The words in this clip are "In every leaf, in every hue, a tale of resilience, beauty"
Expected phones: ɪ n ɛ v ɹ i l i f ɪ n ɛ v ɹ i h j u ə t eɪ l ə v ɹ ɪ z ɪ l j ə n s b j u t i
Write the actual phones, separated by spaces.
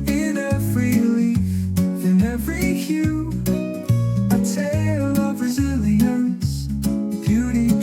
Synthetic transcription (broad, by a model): ɪ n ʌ f ɹ i l i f ɪ n ɛ v ɹ i h j u ə t eɪ l ə v ɹ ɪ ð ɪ j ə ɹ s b j u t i